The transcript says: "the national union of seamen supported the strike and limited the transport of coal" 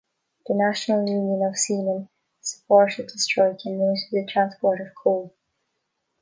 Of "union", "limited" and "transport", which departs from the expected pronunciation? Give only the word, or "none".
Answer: limited